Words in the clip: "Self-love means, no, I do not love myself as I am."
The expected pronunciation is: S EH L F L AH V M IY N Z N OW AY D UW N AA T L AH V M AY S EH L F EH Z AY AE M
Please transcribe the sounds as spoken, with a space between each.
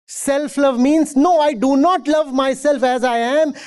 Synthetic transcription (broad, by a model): S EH L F L AH V M IY N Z N OW AY D UW N AA T L AH V M AY S EH L F EH Z AY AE M